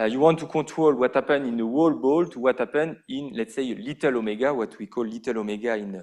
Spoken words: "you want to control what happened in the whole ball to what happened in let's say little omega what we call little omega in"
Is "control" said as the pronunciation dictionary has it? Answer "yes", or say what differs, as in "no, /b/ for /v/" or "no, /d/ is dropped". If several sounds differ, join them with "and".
no, /n/ is dropped